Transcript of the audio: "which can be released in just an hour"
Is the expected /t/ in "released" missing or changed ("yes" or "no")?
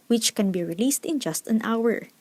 no